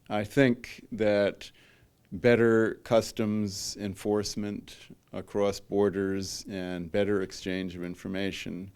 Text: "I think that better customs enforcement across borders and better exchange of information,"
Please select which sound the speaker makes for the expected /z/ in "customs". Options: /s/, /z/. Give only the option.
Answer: /z/